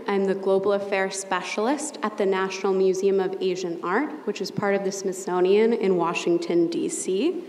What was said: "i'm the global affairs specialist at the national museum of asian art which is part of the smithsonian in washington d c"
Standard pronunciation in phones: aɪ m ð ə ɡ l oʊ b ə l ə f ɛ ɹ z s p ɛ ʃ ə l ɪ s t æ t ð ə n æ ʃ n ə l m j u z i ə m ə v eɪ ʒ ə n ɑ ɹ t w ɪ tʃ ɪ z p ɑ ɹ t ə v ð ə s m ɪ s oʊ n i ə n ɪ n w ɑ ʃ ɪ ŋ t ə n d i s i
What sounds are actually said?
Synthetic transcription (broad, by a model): aɪ m ð ə ɡ l oʊ b l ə f ɛ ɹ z s p ɛ ʃ l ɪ s t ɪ t ð ə n æ ʃ n l m j u z i ə m ə v eɪ ʒ ə n ɑ ɹ t w ɪ tʃ ɪ z p ɑ ɹ t ə v ð ə s m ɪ s oʊ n i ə n ɪ n w ɑ ʃ ɪ ŋ t ə n d i s i